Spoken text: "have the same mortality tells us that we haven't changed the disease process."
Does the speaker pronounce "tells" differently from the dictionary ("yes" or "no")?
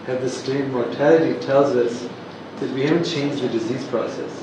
no